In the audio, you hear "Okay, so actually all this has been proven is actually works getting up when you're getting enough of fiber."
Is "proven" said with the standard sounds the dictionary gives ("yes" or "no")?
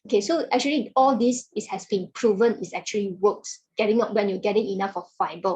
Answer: yes